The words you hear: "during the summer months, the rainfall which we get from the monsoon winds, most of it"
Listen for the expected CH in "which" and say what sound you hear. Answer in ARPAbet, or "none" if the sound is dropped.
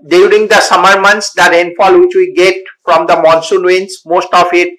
CH